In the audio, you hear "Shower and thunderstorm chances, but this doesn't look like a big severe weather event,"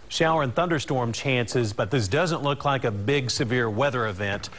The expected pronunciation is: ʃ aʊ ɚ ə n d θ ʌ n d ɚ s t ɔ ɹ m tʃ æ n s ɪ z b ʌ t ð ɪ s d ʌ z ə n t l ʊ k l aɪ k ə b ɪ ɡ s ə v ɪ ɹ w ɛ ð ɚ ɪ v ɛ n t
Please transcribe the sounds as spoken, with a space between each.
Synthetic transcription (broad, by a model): ʃ aʊ ɚ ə n θ ʌ n d ɚ s t ɔ ɹ m tʃ æ n s ɪ z b ʌ t ð ɪ s d ʌ z ə n t l ʊ k l aɪ k ə b ɪ ɡ s ə v ɪ ɹ w ɛ ð ɚ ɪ v ɛ n t